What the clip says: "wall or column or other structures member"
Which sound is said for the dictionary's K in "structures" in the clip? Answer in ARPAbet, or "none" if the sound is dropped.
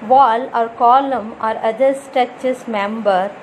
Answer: none